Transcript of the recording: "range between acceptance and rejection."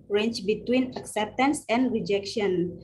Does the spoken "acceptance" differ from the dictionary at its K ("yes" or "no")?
no